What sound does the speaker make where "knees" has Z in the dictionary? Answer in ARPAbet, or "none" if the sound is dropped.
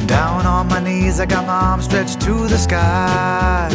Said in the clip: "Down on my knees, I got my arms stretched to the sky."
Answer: Z